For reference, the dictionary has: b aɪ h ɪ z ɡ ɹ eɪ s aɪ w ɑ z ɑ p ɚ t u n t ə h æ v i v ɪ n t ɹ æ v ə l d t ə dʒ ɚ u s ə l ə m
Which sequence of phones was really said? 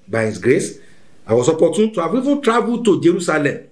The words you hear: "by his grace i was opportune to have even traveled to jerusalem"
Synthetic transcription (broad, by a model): b aɪ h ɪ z ɡ ɹ eɪ s aɪ w ɑ s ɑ p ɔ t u n t ə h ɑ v i v ɪ n t ɹ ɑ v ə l t ə dʒ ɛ u s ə l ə m